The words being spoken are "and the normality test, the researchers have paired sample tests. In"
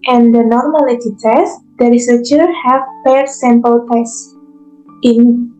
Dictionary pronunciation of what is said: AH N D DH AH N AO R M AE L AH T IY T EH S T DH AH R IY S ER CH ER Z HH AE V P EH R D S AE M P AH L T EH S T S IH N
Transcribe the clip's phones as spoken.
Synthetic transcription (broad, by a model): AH N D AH N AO R M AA L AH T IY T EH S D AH R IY S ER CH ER HH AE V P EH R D S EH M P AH L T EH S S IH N